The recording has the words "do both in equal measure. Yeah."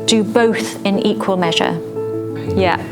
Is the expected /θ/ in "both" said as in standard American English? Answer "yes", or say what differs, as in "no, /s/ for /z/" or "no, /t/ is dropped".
yes